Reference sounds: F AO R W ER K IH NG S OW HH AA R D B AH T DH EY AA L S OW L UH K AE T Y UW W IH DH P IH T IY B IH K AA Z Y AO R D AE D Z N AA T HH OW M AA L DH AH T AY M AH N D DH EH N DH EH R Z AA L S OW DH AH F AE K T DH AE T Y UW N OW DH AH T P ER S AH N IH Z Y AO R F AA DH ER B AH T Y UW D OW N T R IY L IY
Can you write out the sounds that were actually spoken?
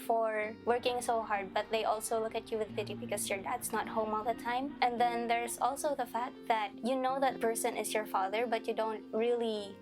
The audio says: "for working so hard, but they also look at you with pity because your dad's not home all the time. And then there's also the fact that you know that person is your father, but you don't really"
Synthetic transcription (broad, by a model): F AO R W ER K IH NG S OW HH AA R D B AH T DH EY AA L S OW L UH K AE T Y UW W IH DH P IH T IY B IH K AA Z Y AO R D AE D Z N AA T HH OW M AA L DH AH T AY M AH N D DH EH N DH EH R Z AA L S OW DH AH F AE K T DH AE T Y UW N OW DH AH T P ER S AH N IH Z Y AO R F AA DH ER B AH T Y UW D OW N T R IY L IY